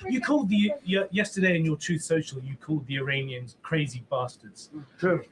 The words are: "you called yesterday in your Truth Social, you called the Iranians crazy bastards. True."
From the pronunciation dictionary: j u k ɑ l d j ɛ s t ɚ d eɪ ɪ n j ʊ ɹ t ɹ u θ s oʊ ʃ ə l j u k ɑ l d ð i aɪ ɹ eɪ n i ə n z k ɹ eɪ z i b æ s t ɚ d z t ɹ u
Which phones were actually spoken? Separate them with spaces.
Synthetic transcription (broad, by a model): j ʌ k ɑ l d j ɛ s t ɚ d eɪ ɪ n j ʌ t ɹ u θ s oʊ ʃ ə l j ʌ k ɑ l d ð i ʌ ɹ eɪ n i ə n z k ɹ eɪ z i b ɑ s t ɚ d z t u